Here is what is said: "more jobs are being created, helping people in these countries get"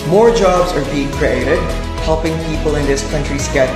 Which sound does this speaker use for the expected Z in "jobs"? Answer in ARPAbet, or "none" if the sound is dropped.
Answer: Z